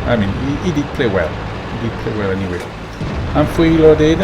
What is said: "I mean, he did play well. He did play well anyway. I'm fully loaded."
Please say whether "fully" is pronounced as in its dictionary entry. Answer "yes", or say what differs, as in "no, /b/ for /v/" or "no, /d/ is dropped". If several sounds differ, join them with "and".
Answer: no, /l/ is dropped